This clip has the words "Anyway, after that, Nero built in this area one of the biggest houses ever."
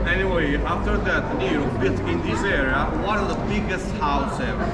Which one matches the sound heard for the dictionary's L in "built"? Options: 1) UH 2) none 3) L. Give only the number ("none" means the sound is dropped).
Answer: 2